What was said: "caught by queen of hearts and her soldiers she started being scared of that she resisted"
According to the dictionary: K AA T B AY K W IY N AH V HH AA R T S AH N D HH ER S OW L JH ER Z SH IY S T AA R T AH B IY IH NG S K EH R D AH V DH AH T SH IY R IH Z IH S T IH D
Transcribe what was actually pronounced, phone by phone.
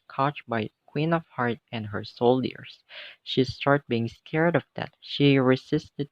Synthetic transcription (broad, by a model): K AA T B AY K W IY N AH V HH AA R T AH N D HH ER S OW L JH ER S SH IY S T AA R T B IY IH NG S K EH R D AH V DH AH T SH IY R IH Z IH S T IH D